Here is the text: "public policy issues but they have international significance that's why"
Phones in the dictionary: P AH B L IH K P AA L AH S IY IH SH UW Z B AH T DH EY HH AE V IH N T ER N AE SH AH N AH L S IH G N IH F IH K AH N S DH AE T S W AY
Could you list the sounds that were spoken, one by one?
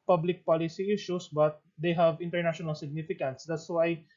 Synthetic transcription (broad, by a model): P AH B L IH K P AA L AH S IY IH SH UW S B AH T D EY HH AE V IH N T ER N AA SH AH N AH L S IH G N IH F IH K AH N S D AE T S W AY